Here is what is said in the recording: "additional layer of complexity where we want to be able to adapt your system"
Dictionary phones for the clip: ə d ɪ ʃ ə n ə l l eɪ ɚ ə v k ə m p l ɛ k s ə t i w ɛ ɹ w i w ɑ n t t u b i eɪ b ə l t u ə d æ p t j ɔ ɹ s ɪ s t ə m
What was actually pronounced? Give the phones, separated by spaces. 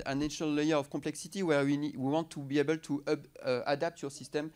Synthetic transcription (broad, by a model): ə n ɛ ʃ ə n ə l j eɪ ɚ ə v k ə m p l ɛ k s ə t i w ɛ w w i w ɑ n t t u b i eɪ b ə l t u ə d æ p t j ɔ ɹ s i s t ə m